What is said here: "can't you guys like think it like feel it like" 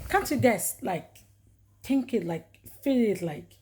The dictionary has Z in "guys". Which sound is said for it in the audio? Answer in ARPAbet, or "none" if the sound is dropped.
S